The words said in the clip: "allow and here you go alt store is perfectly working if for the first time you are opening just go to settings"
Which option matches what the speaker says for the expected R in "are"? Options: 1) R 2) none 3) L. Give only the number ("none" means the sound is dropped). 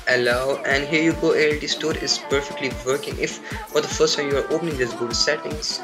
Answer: 1